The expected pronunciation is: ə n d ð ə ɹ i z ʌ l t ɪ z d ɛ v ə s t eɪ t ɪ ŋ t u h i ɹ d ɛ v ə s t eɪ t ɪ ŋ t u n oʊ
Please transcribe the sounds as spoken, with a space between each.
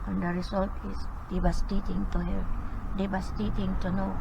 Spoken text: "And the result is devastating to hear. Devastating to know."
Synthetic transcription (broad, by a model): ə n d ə ɹ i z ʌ l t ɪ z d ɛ b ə s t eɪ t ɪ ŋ t u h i l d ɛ b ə s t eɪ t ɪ ŋ t u n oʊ